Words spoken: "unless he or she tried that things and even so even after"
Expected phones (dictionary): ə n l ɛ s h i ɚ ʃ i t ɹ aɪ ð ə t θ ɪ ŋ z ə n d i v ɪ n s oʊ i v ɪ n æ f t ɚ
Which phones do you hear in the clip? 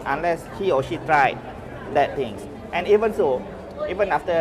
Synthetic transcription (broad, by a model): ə n l ɛ s h i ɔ ʃ i t ɹ aɪ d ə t t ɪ ŋ s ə n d i v ɪ n s oʊ i v ɪ n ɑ f t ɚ